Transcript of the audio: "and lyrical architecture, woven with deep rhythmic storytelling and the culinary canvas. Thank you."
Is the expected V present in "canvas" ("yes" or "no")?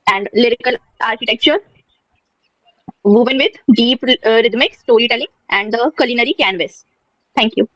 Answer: yes